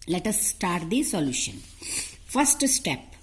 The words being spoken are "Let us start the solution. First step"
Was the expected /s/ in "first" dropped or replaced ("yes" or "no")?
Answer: no